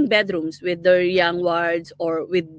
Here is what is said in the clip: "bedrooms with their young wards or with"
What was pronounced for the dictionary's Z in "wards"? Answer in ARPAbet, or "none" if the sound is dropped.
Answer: S